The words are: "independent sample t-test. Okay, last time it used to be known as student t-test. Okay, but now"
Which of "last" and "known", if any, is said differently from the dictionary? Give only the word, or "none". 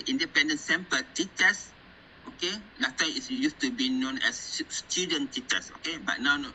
last